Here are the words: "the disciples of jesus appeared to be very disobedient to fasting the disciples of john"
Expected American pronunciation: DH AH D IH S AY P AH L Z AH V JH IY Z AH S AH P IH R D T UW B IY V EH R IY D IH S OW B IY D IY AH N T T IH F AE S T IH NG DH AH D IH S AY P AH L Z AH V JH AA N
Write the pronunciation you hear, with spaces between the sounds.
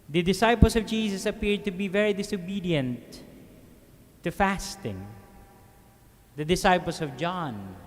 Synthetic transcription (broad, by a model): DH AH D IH S AY P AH L S AH V JH IY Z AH S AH P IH R D T UW B IY V EH R IY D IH S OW B IY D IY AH N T T IH F AE S T IH NG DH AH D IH S AY P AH L S AH V JH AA N